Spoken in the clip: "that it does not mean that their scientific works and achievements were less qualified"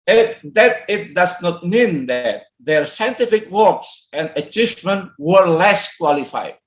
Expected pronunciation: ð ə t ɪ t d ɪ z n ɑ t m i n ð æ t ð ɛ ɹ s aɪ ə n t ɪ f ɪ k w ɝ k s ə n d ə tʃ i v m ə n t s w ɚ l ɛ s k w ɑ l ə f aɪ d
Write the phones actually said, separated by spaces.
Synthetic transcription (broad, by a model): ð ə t ɪ t d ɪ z n ɑ t m i n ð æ t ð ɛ ɹ s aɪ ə n t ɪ f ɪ k w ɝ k s ə n d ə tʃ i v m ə n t w ɚ l ɛ s k w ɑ l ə f aɪ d